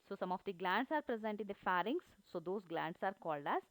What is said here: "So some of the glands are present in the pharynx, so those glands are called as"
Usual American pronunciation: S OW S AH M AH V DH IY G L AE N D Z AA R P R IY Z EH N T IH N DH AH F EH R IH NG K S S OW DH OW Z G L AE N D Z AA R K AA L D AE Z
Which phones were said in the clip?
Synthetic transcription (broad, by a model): S OW S AH M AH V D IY G L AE N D S AA R P R IY Z EH N T IH N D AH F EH R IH NG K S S OW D OW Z G L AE N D S AA R K AA L D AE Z